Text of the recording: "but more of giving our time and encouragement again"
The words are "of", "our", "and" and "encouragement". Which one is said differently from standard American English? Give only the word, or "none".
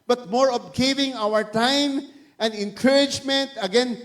of